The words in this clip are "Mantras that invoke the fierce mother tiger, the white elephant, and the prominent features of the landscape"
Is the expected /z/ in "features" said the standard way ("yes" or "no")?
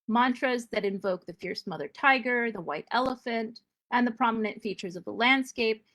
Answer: yes